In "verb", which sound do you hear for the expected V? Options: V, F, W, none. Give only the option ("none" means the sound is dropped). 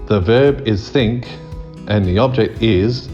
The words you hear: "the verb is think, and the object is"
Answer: V